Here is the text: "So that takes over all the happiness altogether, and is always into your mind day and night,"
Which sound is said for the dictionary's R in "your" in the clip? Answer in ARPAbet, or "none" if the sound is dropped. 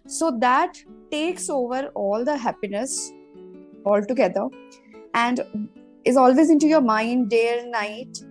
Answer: R